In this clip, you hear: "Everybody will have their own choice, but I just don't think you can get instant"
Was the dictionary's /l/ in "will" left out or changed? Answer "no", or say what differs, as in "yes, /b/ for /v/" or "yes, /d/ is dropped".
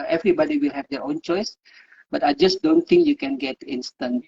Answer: no